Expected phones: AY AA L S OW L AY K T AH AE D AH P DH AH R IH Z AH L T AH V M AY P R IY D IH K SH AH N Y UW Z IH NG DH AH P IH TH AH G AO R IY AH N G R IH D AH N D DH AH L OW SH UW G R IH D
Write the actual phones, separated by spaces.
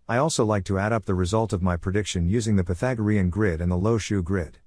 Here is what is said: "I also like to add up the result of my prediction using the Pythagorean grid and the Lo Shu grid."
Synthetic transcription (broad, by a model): AY AA L S OW L AY K T AH AE D AH P DH AH R IH Z AH L T AH V M AY P R IY D IH K SH AH N Y UW Z IH NG DH AH P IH TH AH G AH R IY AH N G R IH D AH N DH AH L OW SH UW G R IH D